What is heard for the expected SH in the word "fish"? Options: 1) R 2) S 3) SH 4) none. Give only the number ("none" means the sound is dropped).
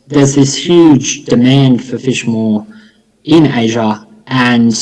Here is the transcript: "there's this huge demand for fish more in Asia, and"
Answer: 3